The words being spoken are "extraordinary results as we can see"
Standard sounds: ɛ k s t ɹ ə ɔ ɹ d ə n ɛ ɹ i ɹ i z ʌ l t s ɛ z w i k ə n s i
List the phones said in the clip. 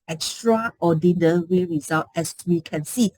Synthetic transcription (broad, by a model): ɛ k s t ɹ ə ɔ d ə n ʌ ɹ i ɹ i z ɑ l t ɛ s w i k ə n s i